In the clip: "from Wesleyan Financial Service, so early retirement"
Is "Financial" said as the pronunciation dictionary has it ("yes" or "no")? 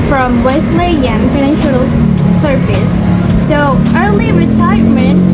yes